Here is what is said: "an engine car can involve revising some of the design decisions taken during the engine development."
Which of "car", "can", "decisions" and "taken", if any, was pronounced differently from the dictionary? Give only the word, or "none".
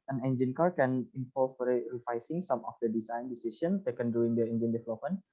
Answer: decisions